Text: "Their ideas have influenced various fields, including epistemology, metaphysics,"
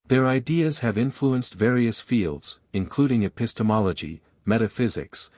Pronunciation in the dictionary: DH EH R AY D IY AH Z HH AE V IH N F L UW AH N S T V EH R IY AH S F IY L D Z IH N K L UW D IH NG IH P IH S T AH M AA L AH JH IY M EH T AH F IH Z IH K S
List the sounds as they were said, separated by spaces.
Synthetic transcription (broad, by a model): DH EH R AY D IY AH Z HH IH V IH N F L UW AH N S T V EH R IY AH S F IY L D Z IH N K L UW D IH NG IH P IH S T AH M AA L AH JH IY M EH T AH F IH Z IH K S